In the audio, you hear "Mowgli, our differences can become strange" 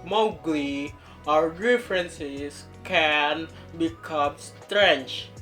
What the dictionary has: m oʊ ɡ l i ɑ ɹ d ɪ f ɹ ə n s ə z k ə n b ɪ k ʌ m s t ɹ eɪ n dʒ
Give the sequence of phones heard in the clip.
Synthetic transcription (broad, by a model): m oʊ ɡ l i ɑ ɹ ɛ f ɹ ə n s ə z k ə n b ɪ k ʌ m s t ɹ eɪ n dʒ